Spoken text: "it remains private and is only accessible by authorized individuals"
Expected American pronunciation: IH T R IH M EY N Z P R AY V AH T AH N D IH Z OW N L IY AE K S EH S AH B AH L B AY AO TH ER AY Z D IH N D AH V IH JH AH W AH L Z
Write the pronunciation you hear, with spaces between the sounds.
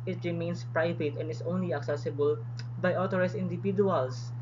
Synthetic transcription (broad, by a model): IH T R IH M EY N S P R AY V AH T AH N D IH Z OW N L IY AE K S EH S AH B AH L B AY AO T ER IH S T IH N D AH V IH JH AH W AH L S